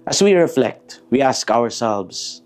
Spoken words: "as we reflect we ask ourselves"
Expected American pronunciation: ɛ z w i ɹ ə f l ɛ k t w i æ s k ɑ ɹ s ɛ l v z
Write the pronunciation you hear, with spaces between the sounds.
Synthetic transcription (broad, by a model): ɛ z w i ɹ ə f l ɛ k t w i æ s k ɑ ɹ s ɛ l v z